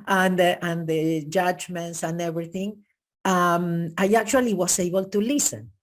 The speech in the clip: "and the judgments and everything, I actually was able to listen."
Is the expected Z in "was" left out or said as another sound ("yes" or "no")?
yes